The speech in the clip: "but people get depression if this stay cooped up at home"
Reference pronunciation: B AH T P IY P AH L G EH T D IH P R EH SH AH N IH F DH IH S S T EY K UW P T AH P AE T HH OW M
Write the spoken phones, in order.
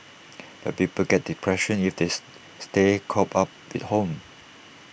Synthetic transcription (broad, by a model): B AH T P IY P AH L G EH T D IH P R EH SH AH N IH F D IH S S T EY K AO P AA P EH T HH OW M